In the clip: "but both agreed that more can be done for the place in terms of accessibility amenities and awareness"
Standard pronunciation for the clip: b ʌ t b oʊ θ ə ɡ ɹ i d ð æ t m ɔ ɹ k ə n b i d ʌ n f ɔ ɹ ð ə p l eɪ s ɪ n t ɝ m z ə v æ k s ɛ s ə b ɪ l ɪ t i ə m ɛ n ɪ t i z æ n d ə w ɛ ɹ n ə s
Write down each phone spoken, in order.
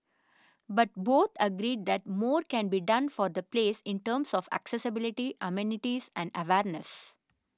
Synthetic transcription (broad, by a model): b ʌ t b oʊ t ə ɡ ɹ i d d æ t m ɔ ɹ k ə n b i d ʌ n f ɔ ɹ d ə p l eɪ s ɪ n t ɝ m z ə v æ k s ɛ s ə b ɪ l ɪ t i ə m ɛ n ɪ t i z æ n d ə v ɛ ɹ n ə s